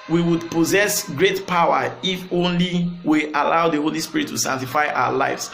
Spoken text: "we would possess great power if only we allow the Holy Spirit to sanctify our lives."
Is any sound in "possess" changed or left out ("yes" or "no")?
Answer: no